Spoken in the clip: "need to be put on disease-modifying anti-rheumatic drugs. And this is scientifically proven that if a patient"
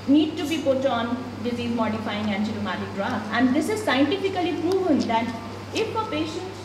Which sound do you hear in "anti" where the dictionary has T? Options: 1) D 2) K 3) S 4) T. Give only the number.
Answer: 3